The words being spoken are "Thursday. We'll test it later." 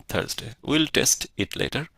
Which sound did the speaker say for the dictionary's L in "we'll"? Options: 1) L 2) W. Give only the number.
1